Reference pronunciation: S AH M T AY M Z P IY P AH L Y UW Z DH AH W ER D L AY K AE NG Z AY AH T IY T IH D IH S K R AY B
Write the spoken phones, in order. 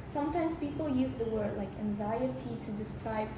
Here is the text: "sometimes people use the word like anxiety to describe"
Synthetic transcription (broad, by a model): S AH M T AY M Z P IY P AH L Y UW Z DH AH W ER D L AY K AE NG Z AY AH T IY T IH D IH S K R AY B